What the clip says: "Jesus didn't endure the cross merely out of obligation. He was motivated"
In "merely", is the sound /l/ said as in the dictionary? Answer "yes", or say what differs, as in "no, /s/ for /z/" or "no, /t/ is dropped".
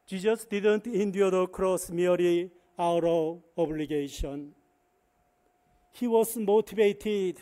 no, /l/ is dropped